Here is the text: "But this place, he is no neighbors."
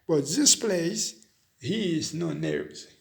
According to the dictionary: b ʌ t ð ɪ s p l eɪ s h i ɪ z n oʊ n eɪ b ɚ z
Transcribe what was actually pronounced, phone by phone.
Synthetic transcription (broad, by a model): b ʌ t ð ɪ s p l eɪ s h i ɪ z n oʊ n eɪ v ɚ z